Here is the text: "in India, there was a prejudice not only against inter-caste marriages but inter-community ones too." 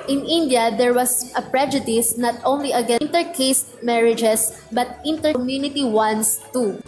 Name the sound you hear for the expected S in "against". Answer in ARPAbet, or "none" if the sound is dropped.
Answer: none